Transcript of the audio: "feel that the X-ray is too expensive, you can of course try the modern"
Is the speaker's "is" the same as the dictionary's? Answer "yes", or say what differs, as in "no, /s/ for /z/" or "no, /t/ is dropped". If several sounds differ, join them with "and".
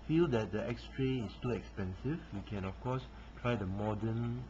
no, /s/ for /z/